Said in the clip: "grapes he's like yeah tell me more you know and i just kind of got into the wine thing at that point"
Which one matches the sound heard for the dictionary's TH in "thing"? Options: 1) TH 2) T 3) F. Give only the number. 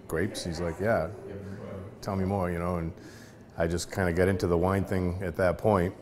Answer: 1